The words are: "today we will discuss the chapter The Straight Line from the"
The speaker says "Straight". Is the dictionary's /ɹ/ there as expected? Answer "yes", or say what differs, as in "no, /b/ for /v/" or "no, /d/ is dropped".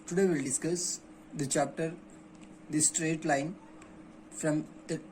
yes